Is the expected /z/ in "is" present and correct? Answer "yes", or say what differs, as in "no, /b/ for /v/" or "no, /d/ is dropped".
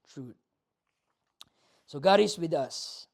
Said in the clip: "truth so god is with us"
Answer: no, /s/ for /z/